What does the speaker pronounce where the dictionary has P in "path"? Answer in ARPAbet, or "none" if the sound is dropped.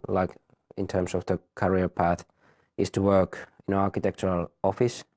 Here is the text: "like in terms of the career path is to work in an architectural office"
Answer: P